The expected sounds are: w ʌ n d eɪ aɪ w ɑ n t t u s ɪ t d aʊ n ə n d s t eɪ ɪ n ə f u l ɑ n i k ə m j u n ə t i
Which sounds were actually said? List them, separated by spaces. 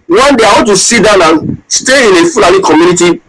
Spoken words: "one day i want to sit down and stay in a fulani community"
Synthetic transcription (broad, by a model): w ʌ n d eɪ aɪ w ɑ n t t u s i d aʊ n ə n s t eɪ ɪ n ə f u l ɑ l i k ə m j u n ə t i